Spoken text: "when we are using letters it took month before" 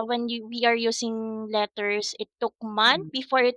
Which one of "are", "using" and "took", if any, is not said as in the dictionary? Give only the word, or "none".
using